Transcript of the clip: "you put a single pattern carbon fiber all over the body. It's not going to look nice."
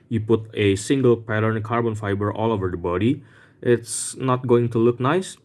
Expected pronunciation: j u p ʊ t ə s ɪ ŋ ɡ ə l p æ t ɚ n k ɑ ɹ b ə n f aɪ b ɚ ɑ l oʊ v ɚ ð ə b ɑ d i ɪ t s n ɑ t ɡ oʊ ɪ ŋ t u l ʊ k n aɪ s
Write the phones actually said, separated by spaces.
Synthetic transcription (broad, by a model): j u p ʊ t ə s ɪ ŋ ɡ ə l p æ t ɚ n k ɑ ɹ b ə n f aɪ b ɚ ɑ l oʊ v ɚ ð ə b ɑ d i ɪ t s n ɑ t ɡ oʊ ɪ ŋ t u l ʊ k n aɪ s